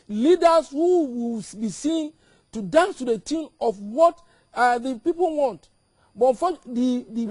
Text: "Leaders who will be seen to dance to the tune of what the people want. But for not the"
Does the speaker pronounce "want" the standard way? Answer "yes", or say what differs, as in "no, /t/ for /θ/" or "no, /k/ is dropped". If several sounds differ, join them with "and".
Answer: yes